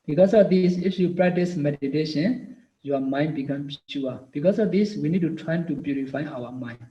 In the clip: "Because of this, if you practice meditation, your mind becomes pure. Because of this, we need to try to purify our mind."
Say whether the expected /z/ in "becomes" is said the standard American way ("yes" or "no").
no